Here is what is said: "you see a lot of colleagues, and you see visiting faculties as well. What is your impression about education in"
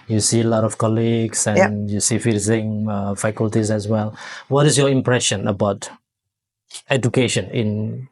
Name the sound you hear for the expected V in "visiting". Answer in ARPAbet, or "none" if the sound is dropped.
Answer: F